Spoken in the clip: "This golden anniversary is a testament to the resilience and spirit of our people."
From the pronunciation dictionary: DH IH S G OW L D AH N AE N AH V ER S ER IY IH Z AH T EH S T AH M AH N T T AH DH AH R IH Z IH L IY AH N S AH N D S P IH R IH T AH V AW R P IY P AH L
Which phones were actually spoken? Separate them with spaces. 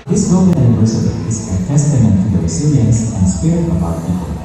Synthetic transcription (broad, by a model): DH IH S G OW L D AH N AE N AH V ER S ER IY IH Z AH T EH S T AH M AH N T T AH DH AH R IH S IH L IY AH N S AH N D S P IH R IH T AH B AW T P IY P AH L